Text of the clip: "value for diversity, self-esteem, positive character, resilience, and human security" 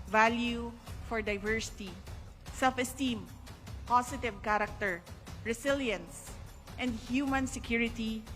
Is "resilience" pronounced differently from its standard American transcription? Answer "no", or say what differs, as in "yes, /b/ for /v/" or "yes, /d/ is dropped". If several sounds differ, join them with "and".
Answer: yes, /s/ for /z/